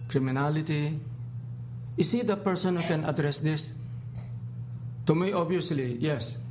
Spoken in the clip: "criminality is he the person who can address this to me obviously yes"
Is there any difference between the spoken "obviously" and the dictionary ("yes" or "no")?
yes